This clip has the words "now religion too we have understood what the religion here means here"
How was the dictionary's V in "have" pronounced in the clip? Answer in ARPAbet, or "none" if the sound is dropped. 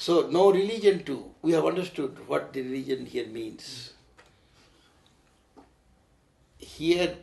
V